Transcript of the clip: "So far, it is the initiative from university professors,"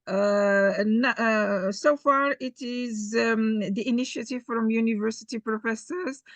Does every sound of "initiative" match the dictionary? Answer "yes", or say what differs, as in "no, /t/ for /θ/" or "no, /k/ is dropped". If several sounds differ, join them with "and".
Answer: yes